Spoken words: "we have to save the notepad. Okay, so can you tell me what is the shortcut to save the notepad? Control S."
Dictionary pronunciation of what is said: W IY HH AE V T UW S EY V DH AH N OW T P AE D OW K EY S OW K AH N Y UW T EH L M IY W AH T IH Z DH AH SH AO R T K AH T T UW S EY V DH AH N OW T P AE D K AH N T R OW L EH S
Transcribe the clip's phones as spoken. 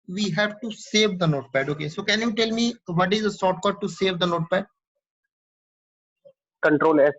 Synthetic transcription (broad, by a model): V IY HH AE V T UW S EY V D AH N OW T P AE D OW K EY S OW K AH N Y UW T EH L M IY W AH T IH Z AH S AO T K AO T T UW S EY V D AH N OW T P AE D K AH N T R OW L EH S